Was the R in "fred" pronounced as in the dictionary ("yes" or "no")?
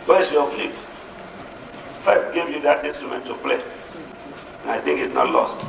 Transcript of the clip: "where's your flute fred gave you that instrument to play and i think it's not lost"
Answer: no